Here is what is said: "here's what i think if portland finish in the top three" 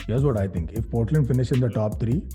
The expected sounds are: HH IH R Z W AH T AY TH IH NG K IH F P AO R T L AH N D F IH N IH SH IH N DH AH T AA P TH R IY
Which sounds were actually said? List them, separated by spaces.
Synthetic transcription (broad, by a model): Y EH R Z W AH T AY T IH NG K IH F P AO R T L AH N D F IH N IH SH IH N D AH T AA P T R IY